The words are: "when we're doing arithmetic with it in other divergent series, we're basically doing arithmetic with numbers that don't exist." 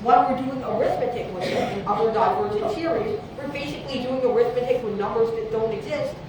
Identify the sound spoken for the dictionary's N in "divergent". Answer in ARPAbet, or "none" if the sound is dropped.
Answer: none